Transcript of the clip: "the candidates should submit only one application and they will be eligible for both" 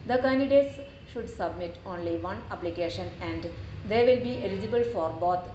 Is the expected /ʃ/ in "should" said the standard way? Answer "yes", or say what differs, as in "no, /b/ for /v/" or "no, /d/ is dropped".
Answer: yes